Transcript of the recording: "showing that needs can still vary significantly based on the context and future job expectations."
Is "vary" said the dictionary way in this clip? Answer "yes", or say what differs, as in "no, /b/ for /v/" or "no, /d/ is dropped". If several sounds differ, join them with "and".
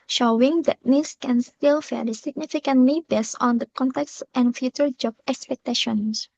no, /f/ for /v/